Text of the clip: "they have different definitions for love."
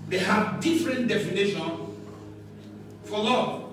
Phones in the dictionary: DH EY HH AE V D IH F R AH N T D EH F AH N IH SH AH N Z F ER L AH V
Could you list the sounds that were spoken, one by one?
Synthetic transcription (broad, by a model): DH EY HH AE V D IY F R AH N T D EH F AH N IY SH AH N F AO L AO